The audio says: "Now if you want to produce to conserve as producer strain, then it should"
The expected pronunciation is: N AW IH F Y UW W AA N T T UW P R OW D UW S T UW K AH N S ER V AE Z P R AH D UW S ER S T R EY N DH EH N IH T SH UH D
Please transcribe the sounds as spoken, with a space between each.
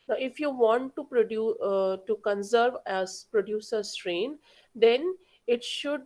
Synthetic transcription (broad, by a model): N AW IH F Y UW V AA N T T UW P R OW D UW T UW K AH N S ER V AE Z P R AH D UW S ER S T R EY N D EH N IH T SH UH D